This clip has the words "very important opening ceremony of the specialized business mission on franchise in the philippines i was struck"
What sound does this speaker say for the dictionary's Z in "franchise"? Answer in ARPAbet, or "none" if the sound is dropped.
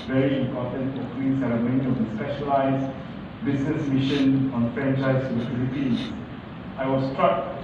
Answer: none